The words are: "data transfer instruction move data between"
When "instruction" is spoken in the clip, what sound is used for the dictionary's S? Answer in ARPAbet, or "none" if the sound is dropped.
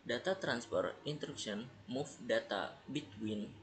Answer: none